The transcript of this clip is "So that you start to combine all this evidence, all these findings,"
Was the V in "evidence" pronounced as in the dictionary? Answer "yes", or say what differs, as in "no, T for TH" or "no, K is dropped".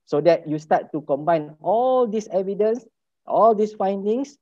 yes